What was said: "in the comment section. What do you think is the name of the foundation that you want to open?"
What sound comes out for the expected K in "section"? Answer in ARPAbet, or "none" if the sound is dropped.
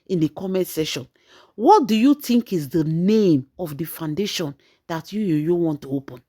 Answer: none